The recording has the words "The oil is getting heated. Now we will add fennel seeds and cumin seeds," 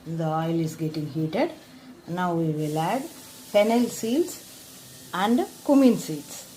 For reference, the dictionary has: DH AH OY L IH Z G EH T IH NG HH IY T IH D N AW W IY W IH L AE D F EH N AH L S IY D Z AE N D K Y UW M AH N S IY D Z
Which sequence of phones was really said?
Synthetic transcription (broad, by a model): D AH OY L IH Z G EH T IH NG HH IY T IH D N AW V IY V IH L AE D P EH N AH L S IY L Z AE N D K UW M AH N S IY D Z